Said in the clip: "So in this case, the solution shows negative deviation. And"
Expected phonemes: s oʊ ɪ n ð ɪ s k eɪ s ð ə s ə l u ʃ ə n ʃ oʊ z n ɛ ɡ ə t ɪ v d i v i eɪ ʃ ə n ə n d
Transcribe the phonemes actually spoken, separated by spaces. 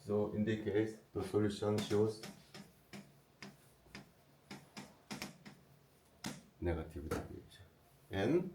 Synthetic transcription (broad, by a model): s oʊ ɪ n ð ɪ k eɪ s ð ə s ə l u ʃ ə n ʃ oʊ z n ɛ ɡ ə t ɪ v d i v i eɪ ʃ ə ə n